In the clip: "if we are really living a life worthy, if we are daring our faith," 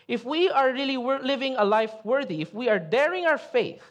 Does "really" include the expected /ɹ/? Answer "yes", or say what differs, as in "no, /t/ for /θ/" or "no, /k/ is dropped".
no, /l/ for /ɹ/